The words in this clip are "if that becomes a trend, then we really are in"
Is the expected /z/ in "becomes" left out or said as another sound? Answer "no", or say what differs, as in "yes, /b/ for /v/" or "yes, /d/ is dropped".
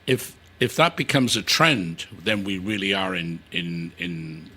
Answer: no